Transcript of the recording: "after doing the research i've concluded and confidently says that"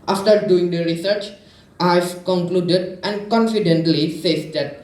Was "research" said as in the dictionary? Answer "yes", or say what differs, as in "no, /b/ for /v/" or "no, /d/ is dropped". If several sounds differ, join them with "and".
yes